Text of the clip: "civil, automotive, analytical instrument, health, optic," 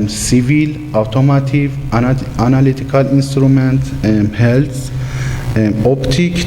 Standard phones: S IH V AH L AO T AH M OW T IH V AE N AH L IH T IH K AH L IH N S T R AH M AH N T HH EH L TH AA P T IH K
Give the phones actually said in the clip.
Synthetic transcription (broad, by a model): S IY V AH L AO T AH M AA T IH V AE N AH L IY T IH K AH L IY N S T R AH M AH N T HH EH L S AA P T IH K